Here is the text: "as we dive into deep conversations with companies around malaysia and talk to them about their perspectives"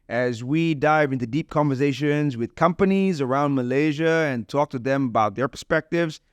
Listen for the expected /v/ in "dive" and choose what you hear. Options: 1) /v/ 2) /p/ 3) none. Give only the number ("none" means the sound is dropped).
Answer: 1